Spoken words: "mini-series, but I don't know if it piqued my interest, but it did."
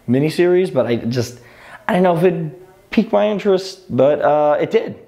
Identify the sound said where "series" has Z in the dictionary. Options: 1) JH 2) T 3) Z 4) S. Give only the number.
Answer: 3